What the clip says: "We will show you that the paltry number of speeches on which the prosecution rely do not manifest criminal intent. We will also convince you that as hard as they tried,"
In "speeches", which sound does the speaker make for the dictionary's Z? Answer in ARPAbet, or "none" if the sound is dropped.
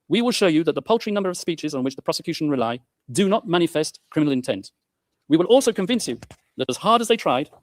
Z